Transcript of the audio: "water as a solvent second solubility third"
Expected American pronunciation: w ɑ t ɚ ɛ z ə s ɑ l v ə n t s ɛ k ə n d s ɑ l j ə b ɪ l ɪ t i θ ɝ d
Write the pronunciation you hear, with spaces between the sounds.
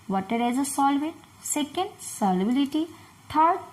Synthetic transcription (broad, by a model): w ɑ t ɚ ɛ z ə s ɑ l v ə n t s ɛ k ə n d s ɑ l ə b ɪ l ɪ t i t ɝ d